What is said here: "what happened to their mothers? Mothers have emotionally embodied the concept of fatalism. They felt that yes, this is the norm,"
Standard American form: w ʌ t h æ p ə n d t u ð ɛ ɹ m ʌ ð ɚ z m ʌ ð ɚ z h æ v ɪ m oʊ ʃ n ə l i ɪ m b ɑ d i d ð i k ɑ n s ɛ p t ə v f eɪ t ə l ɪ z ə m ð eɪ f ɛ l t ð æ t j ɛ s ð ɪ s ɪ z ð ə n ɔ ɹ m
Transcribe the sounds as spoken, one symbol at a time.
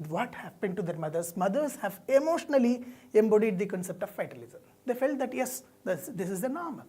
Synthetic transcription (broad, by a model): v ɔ t h æ p ə n d t u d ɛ ɹ m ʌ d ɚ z m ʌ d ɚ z h æ v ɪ m oʊ ʃ n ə l i ɪ m b ɑ d i d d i k ɑ n s ɛ p t ə v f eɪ t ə l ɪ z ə m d eɪ f ɛ l t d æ t j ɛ s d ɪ s ɪ z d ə n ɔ ɹ m